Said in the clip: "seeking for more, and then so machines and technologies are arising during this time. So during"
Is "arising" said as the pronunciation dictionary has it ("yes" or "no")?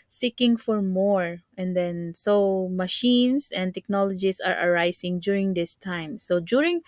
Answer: no